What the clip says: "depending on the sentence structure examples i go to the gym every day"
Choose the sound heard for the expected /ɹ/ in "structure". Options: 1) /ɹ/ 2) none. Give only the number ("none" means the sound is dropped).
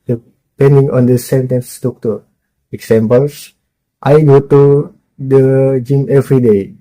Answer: 2